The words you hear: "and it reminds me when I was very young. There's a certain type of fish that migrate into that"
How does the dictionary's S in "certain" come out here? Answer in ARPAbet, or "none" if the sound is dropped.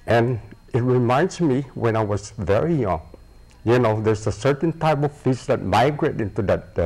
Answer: S